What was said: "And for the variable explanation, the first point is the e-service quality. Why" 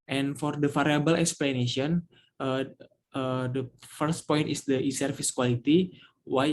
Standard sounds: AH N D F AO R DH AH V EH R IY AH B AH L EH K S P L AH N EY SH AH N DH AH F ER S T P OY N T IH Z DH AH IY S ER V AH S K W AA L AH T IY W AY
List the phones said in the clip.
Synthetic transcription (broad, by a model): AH N F AO R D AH F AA R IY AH B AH L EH K S P L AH N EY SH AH N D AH F ER S T P OY N T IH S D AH IY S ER F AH S K W AA L AH T IY W AY